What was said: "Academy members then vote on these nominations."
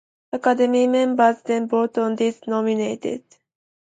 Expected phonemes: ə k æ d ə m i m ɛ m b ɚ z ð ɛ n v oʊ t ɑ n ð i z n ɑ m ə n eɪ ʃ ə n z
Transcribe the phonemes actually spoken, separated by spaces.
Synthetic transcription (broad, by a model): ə k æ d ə m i m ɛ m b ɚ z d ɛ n b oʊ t ɑ n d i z n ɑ m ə n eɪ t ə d